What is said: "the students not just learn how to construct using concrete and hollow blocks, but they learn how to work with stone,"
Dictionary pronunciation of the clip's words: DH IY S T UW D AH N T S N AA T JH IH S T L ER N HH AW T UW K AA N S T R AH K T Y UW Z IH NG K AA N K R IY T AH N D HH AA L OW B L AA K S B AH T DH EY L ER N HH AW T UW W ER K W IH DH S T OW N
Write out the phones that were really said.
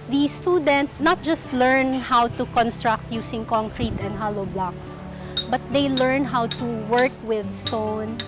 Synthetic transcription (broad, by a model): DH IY S T UW D AH N T S N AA T JH IH S T L ER N HH AW T UW K AA N S T R AH K T Y UW S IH NG K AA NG K R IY T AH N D HH AA L OW B L AA K S B AH T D EY L ER N HH AW T UW W ER K W IH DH S T OW N